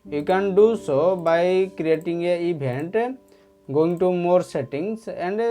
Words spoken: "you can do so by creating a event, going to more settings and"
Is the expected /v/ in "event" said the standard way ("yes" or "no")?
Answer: no